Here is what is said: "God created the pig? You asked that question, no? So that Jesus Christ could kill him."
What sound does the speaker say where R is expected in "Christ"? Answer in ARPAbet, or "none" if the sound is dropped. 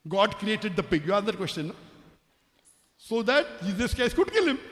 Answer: none